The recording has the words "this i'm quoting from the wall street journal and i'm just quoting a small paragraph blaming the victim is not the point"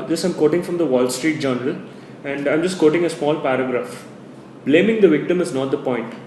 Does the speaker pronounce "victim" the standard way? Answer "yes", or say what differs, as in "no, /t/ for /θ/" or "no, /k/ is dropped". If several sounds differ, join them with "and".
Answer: yes